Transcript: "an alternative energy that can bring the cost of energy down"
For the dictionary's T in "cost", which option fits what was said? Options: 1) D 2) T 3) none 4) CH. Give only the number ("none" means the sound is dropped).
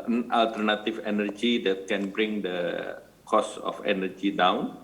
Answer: 3